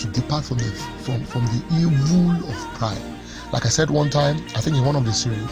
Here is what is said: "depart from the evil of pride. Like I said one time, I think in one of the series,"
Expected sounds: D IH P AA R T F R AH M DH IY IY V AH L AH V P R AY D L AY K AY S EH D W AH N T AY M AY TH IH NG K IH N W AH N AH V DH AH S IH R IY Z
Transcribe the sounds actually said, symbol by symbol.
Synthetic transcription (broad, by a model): D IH P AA R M F R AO M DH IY IY V AH L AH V P R AY D L AY K AY S EH D W AH N T AY M AY TH IH NG K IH W AH N AH V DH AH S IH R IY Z